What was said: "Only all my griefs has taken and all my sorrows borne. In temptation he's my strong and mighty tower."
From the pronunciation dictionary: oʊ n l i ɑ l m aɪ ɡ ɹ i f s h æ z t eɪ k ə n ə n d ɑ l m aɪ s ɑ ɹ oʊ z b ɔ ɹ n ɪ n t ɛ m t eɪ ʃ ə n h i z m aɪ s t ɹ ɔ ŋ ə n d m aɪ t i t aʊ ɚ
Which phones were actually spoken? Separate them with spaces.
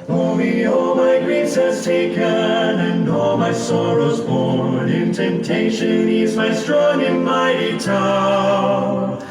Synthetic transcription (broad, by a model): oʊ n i ɑ l m aɪ ɡ ɹ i s h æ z t eɪ k ə n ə n ɑ l m aɪ s ɑ ɹ oʊ z b ɔ ɹ n ɪ n t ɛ m t eɪ ʃ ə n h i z m aɪ s t ɹ ɔ ŋ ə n m aɪ t i t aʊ